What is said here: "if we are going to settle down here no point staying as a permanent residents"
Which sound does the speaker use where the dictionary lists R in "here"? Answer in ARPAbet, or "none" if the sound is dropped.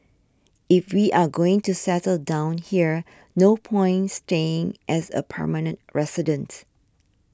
R